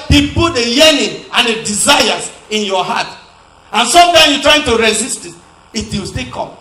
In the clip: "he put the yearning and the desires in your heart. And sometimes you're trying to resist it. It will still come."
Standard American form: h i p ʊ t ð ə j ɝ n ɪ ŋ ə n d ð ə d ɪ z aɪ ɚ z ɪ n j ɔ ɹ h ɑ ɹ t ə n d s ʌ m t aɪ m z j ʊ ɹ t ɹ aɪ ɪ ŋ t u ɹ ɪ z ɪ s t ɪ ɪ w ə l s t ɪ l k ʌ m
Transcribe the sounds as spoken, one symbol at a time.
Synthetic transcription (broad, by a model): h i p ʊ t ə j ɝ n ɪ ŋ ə n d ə d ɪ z aɪ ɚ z ɪ n j ɔ h ɑ t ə n s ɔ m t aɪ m j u t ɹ aɪ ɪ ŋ t u ɹ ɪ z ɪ s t ɪ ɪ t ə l s t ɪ k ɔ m